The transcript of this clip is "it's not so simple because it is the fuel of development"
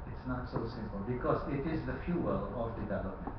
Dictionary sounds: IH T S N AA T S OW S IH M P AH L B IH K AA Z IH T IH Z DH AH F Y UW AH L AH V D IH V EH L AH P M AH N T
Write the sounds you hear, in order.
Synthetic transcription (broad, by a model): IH T S N AA T S OW S IH M P AH L B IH K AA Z IH T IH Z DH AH F Y UW AH L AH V D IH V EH L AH P M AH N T